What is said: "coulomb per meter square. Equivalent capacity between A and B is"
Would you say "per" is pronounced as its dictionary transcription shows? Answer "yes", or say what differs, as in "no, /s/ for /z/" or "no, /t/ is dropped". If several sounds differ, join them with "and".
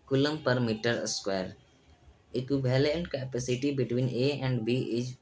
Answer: yes